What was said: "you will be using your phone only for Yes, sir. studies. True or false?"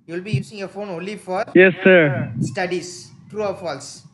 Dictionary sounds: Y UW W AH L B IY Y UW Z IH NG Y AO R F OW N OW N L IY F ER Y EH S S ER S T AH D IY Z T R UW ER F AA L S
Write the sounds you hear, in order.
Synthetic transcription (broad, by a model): Y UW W L B IY Y UW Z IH NG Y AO F OW N OW N L IY F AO Y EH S S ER S T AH D IY S T R UW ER F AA L S